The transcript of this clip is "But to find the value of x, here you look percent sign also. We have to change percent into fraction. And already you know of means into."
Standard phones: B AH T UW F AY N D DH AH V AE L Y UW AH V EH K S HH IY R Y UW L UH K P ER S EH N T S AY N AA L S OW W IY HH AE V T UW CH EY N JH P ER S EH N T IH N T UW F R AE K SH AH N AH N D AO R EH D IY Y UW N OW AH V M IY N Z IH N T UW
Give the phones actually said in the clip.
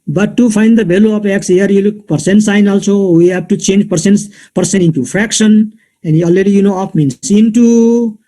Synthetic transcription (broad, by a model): B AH T UW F AY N D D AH B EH L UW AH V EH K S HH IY R Y UW L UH K P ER S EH N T S AY N AA L S OW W IY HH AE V T UW CH EY N JH P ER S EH N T IH N T UW F R AE K SH AH N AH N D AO L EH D IY Y UW N OW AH F M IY N S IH N T UW